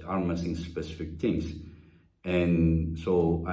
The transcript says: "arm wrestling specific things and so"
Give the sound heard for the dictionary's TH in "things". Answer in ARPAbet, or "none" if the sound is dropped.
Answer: T